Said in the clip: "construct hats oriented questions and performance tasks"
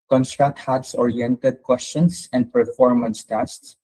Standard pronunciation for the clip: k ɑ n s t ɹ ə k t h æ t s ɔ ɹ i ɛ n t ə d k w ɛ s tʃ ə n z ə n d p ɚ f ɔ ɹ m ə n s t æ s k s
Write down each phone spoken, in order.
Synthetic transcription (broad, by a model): k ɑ n s t ɹ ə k t h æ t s ɔ ɹ i ɛ n t ə d k w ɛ s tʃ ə n s ə n d p ɚ f ɔ ɹ m ə n s t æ s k s